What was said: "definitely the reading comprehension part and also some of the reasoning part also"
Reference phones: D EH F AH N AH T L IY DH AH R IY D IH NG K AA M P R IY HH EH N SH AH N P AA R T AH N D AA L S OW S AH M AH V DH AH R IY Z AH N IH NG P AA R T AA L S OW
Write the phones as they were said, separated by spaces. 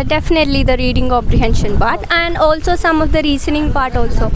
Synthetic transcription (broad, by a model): D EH F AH N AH T L IY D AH R IY D IH NG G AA P R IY HH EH N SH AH N P AA R T AH N D AA L S OW S AH M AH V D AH R IY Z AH N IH NG P AA R T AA L S OW